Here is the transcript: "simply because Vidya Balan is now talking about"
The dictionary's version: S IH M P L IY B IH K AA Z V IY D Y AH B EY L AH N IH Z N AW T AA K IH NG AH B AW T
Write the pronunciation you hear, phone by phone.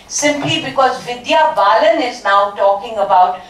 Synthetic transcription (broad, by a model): S IH M P L IY B IH K AA Z V IY D Y AH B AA L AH N IH Z N AW T AA K IH NG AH B AW T